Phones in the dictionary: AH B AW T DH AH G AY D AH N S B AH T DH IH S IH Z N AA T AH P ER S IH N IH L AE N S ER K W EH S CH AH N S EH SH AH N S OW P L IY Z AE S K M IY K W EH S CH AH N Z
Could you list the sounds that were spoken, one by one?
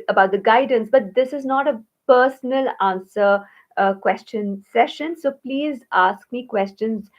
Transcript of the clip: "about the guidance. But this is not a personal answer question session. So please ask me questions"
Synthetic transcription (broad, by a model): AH B AW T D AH G AY D AH N S B AH T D IH S IH Z N AA T AH P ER S N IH L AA N S ER K W EH S CH AH N S EH SH AH N S OW P L IY Z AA S K M IY K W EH S CH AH N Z